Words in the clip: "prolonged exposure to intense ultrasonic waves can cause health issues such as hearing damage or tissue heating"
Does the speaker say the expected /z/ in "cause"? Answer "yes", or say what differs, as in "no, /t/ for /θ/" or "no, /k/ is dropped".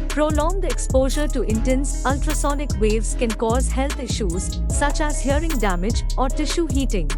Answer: yes